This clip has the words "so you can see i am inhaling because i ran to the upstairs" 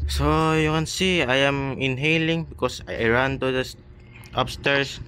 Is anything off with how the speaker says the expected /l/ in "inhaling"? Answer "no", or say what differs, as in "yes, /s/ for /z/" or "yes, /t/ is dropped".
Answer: no